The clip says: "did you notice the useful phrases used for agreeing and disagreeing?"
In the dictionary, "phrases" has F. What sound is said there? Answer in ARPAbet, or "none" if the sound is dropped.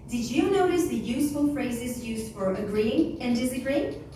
F